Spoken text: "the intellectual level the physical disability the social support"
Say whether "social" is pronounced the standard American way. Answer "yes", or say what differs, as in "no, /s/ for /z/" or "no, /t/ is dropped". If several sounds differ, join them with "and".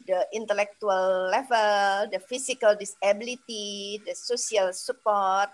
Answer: no, /s/ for /ʃ/